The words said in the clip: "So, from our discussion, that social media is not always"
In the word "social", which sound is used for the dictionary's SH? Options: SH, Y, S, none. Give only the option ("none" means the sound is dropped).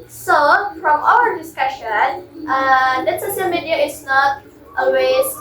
S